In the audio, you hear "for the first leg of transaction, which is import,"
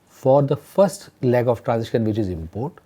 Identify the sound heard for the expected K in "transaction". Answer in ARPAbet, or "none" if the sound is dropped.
none